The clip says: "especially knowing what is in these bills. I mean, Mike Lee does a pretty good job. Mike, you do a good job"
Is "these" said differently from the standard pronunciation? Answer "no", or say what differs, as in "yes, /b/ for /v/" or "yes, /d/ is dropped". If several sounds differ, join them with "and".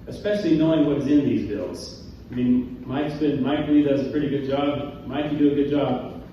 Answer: no